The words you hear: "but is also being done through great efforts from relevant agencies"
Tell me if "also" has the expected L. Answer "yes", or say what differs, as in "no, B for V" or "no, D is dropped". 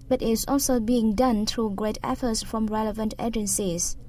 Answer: yes